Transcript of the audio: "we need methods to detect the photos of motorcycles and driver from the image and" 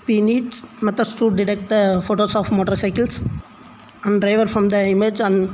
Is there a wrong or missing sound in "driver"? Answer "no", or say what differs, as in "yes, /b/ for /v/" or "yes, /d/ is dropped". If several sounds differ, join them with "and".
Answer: no